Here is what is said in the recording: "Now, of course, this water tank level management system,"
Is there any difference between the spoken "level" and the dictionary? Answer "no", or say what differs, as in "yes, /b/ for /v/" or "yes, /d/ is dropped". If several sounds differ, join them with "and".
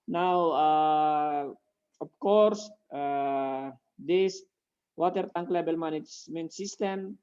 yes, /b/ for /v/